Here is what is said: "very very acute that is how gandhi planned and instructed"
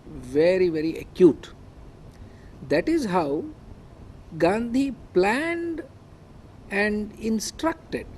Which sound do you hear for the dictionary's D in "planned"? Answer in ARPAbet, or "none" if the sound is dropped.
D